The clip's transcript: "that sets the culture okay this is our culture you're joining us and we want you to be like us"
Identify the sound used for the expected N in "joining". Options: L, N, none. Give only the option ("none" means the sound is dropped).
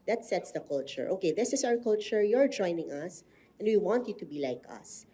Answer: N